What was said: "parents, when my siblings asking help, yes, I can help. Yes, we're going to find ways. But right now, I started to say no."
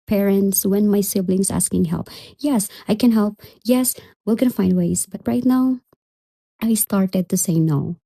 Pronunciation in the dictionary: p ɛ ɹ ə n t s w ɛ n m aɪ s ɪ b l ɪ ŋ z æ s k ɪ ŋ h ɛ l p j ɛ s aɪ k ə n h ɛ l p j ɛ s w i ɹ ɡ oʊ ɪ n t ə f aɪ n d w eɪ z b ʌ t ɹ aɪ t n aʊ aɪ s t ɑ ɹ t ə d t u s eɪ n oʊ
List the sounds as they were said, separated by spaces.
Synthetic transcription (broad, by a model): p ɛ ɹ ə n t s w ɛ n m aɪ s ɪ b l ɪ ŋ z æ s k ɪ ŋ h ɛ l p j ɛ s aɪ k ə n h ɛ l p j ɛ s w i l ɡ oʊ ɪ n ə f aɪ n d w eɪ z b ʌ t ɹ aɪ t n aʊ aɪ s t ɑ ɹ t ə d t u s eɪ n oʊ